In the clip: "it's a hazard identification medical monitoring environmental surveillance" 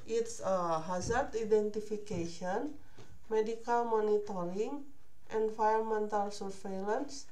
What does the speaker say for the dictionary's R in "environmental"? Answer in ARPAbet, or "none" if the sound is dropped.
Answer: none